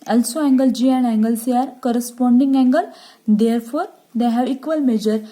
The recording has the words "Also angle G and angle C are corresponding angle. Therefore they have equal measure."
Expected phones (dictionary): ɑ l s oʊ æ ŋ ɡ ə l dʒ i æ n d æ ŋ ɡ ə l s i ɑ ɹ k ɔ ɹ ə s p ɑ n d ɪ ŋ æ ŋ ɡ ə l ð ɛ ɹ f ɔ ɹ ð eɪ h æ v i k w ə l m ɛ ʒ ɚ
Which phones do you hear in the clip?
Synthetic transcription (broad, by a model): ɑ l s oʊ æ ŋ ɡ ə l dʒ i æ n d æ ŋ ɡ ə l s i ɑ ɹ k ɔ ɹ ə s p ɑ n d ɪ ŋ æ ŋ ɡ ə l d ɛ ɹ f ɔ ɹ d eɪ h æ v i k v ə l m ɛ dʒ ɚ